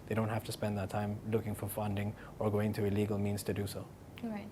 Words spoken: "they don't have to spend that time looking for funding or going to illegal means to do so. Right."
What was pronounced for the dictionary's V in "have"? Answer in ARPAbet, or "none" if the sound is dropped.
F